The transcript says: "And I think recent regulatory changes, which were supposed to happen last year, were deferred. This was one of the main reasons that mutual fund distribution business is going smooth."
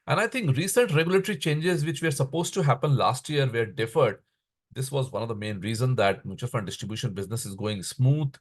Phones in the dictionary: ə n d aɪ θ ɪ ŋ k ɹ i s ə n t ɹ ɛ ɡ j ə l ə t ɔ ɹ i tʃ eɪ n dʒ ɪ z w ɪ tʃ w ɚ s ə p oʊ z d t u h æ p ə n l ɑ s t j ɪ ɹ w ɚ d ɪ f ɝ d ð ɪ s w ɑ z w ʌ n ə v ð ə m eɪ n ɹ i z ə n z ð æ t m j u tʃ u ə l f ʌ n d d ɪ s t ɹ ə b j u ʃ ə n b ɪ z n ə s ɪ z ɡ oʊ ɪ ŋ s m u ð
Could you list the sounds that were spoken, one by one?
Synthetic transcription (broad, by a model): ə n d aɪ t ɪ ŋ k ɹ i s ə n t ɹ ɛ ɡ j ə l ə t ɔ ɹ i tʃ eɪ n dʒ ɪ z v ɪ tʃ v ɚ s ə p oʊ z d t u h æ p ə n l ɑ s t j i ɹ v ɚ d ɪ f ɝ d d ɪ s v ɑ z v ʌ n ə v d ə m eɪ n ɹ i z ə n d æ t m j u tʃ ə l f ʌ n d d ɪ s t ɹ ə b j u ʃ ə n b ɪ z n ə s ɪ z ɡ oʊ ɪ ŋ s m u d